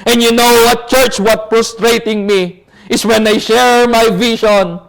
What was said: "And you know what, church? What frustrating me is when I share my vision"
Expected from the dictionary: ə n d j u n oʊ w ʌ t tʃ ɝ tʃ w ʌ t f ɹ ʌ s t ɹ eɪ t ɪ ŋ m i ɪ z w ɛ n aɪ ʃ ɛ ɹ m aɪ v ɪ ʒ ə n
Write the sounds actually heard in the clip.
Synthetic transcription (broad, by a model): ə n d j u n oʊ w ʌ t tʃ ɝ tʃ w ʌ t p ɹ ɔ s t ɹ eɪ t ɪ ŋ m i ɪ s w ɛ n aɪ ʃ ɛ ɹ m aɪ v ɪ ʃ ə n